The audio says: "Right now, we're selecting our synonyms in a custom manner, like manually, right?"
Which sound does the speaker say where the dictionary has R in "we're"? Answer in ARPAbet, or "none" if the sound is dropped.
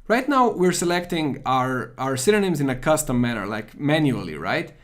R